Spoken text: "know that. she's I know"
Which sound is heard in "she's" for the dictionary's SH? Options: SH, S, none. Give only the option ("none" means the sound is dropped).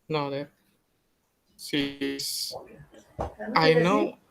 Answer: S